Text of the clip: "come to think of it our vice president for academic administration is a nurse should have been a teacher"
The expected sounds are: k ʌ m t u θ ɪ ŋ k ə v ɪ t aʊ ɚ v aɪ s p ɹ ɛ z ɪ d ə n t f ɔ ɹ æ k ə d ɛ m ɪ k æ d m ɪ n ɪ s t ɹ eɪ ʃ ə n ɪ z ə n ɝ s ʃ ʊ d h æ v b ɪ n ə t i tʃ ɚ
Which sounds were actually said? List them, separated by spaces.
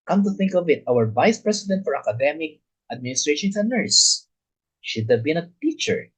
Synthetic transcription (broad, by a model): k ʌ m t u θ ɪ ŋ k ə v ɪ t aʊ ɚ v aɪ s p ɹ ɛ s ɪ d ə n t f ɔ ɹ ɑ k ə d ɛ m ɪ k æ d m ɪ n ɪ s t ɹ eɪ ʃ ə n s ə n ɝ s ʃ ʊ d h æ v b ɪ n ə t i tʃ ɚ